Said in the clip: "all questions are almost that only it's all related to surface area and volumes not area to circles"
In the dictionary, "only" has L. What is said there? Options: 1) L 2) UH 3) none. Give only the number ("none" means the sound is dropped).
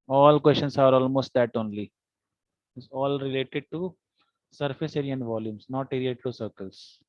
1